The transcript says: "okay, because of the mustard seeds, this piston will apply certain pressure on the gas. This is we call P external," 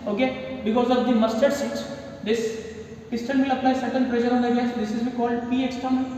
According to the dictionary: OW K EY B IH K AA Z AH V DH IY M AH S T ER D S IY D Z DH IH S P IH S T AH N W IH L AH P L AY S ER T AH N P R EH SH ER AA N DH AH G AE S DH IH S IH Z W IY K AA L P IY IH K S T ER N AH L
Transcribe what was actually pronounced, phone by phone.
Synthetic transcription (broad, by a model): OW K EY B IH K AA Z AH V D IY M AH S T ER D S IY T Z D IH S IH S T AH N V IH L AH P N AY S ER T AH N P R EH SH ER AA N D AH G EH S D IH S IH Z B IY K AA L P IY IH K S T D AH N